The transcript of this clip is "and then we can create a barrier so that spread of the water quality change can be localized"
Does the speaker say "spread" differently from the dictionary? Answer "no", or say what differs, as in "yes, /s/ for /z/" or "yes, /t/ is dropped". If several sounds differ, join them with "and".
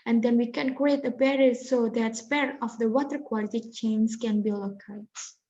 yes, /ɹ/ is dropped